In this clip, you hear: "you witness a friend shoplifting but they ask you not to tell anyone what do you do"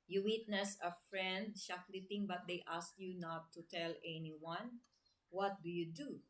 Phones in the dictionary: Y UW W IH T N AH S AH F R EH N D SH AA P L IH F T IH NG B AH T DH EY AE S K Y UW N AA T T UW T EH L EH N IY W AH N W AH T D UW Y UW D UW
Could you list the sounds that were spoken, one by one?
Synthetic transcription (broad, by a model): Y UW W IH T N AH S AH F R EH N D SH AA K L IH T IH NG B AH T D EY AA S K Y UW N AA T T UW T EH L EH N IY W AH N W AH T D UW Y UW D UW